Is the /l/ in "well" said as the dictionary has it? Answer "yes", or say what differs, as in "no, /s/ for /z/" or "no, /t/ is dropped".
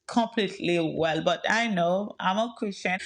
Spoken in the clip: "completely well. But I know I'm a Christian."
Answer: yes